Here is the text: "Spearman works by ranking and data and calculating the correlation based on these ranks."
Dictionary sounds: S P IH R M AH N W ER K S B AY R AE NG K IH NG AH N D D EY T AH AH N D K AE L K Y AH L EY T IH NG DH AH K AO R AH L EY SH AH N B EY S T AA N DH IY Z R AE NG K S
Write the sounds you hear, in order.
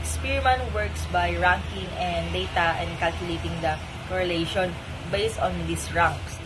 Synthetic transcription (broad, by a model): S P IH R M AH N W ER K S B AY R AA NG K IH NG AH N D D EY T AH AH N D K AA L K Y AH L EY T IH NG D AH K AO R AH L EY SH AH N B EY S T AA N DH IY S R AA NG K S